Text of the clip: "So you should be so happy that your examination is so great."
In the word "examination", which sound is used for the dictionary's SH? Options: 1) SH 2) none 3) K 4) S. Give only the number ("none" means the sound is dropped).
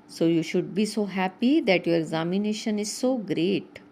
1